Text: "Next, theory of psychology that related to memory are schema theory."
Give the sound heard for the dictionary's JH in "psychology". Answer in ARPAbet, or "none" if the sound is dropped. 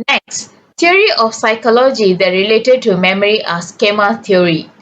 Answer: JH